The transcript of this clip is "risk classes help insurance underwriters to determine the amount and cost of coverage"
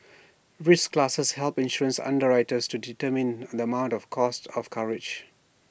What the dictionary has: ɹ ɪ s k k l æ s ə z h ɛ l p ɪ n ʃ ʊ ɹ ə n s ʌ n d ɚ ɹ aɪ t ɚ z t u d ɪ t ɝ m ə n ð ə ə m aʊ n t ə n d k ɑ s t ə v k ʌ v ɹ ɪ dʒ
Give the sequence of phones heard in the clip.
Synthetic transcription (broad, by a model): ɹ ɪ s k k l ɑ s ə s h ɛ l p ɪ n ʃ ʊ ɹ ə n s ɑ n d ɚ ɹ aɪ t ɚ s t u d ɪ t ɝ m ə n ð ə ə m aʊ n t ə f k ɑ s t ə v k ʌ ɹ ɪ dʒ